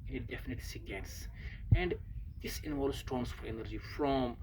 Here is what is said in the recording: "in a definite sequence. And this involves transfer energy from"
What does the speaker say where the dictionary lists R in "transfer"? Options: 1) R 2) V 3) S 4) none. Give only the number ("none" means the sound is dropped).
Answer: 4